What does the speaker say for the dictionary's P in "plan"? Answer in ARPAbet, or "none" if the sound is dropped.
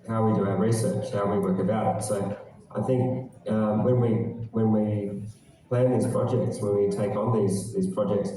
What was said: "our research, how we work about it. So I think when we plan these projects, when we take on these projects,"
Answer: P